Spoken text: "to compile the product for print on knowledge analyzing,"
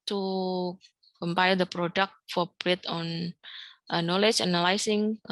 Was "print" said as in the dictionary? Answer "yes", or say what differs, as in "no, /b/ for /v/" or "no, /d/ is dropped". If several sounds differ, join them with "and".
no, /n/ is dropped